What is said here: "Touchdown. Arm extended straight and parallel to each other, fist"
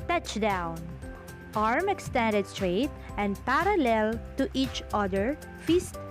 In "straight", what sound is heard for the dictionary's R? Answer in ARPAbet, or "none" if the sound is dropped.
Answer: R